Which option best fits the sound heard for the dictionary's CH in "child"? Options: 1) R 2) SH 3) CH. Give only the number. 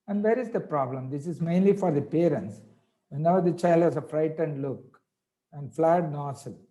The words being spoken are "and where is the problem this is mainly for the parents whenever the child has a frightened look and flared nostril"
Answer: 3